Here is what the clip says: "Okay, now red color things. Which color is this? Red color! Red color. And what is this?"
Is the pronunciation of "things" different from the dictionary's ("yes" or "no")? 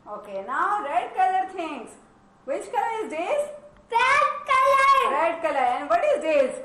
yes